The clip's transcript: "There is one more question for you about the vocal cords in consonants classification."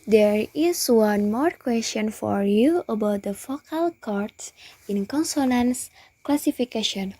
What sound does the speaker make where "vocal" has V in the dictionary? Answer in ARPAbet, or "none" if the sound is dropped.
F